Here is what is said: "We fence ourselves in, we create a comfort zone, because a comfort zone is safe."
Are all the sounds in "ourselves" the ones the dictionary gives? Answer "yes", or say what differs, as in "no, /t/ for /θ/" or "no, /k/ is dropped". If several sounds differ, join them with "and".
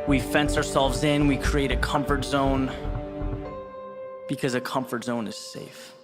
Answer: yes